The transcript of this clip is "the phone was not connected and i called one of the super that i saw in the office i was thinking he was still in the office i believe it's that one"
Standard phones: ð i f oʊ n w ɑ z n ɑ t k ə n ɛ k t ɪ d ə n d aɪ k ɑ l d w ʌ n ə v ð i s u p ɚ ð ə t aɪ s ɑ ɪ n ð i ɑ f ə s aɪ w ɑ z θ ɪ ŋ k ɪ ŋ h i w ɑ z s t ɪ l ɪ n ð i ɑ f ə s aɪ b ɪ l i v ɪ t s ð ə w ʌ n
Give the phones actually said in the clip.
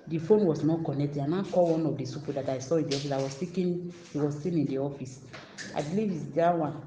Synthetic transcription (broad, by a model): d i f oʊ n w ɑ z n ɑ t k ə n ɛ k t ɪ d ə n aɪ k ɑ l w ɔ n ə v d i s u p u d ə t aɪ s ɑ ɪ n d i ɑ f ə s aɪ w ɑ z s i k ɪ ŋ h i w ɑ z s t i n ɪ n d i ɑ f ə s aɪ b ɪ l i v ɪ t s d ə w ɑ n